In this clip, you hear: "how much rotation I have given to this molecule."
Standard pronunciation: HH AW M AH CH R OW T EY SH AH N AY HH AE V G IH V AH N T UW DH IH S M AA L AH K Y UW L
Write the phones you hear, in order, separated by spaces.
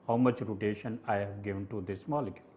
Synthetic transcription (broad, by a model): HH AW M AH CH R OW T EY SH AH N AY HH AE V G IH V AH N T UW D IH S M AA L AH K Y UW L